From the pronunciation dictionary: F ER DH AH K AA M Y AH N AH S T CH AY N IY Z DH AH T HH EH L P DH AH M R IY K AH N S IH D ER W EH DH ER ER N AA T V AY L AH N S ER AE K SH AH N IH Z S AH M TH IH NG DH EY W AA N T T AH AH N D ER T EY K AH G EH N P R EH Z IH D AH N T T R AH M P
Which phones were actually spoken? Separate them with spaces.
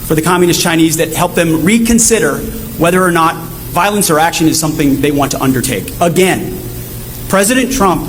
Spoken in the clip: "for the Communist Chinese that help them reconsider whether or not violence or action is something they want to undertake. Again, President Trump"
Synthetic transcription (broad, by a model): F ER DH AH K AA M Y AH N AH S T CH AY N IY Z DH AH T HH EH L P DH AH M R IY K AH N S IH D ER W EH DH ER ER N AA T V AY L AH N S ER AE K SH AH N IH Z S AH M TH IH NG DH EY W AA N T T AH AH N D ER T EY K AH G EH N P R EH Z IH D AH N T T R AH M P